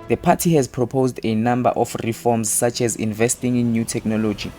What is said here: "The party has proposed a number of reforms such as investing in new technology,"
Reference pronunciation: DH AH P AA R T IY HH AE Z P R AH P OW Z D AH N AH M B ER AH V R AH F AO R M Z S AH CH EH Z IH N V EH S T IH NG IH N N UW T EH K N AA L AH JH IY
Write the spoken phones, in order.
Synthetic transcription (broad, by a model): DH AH P AA T IY HH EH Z P R AH P OW Z D AH N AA M B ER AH F R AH F AO M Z S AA CH EH Z IH N V EH S T IH NG IH N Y UW T EH K N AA L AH JH IY